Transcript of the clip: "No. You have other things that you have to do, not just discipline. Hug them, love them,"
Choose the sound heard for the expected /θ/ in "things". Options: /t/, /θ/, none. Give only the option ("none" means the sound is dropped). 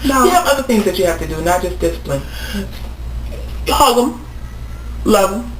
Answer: /θ/